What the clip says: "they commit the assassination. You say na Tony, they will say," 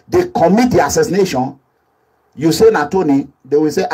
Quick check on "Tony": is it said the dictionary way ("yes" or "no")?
yes